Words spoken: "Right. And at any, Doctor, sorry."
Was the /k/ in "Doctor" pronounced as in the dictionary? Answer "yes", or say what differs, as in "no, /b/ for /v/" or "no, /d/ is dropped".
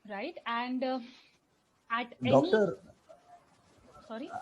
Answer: no, /k/ is dropped